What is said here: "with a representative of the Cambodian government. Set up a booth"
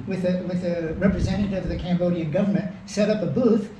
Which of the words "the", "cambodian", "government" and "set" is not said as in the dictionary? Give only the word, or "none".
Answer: none